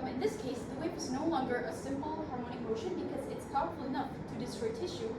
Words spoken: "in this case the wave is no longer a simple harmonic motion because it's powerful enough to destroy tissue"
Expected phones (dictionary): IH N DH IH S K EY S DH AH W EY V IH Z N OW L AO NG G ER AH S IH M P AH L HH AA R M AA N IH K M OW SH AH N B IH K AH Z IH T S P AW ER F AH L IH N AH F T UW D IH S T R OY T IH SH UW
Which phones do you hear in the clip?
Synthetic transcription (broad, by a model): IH N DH IH S K EY S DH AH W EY P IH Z N OW L AO NG G ER AH S IH M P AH L HH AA R M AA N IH K M OW SH AH N B IH K AH Z IH T S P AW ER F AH L IH N AH F T UW D IH S T R OY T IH SH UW